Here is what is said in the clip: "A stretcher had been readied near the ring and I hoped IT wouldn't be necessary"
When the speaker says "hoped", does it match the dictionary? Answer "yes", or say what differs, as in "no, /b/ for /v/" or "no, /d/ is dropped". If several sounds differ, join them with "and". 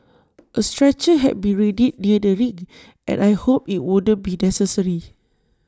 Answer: no, /t/ is dropped